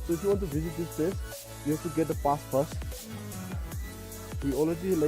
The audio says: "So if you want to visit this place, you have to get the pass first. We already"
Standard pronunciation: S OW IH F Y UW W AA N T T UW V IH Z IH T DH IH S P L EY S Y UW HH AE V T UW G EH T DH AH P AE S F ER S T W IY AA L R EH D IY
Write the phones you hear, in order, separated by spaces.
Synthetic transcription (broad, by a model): S OW IH F Y UW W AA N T T UW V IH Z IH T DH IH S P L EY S Y UW HH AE F T UW G EH T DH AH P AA S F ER S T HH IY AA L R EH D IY